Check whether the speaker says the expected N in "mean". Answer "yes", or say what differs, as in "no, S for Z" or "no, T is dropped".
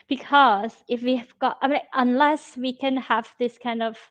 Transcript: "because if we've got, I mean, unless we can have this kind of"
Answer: no, N is dropped